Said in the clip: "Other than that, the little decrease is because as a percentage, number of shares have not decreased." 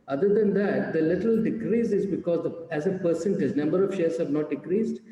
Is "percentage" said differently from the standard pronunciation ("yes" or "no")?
yes